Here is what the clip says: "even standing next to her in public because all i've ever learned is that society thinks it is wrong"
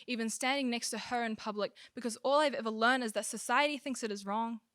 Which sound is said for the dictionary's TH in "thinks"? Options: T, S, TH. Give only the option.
TH